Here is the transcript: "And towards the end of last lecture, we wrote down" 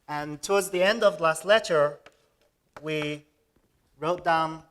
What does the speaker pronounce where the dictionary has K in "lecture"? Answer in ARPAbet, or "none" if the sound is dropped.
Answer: none